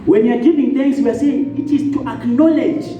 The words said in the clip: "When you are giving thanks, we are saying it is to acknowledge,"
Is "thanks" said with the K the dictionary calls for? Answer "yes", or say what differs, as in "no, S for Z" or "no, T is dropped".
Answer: no, K is dropped